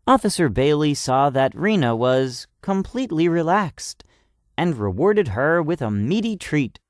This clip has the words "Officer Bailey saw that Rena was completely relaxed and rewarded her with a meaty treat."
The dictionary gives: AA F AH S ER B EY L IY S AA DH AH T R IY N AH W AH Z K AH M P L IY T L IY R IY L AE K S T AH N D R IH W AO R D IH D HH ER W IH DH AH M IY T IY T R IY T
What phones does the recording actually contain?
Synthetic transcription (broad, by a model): AA F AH S ER B EY L IY S AA DH AH T R IY N AH W AH Z K AH M P L IY T L IY R IY L AE K S T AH N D R IH W AO R D IH D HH ER W IH DH AH M IY T IY T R IY T